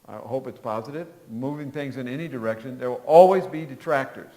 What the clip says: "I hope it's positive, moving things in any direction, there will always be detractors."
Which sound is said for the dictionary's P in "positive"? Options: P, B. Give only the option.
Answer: P